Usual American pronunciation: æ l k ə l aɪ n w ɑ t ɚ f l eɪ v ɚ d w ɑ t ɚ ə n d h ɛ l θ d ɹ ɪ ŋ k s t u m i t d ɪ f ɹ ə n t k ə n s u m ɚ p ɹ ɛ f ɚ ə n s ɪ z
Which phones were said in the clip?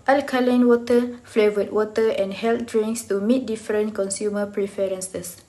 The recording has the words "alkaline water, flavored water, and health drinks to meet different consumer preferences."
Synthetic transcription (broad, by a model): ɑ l k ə l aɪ n w ɑ t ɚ f l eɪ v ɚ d w ɑ t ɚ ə n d h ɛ l t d ɹ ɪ ŋ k s t u m i t d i f ɹ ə n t k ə n s u m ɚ p ɹ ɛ f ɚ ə n s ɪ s